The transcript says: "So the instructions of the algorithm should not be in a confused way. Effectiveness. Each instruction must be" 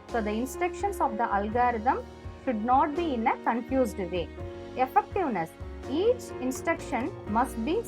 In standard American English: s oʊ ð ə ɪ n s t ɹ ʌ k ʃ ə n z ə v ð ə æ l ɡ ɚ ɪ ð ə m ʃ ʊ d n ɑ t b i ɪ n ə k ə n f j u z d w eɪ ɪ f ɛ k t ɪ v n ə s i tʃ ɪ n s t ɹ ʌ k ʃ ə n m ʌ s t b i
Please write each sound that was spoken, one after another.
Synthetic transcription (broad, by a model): s oʊ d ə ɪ n s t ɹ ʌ k ʃ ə n s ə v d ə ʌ l ɡ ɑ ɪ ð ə m ʃ ʊ d n ɑ t b i ɪ n ə k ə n f j u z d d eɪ ɪ f ɛ k t ɪ v n ə s i tʃ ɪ n s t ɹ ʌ k ʃ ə n m ʌ s t b i